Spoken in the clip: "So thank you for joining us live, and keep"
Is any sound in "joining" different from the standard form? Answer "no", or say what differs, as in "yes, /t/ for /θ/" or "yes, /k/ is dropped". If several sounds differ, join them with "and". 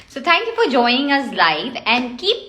no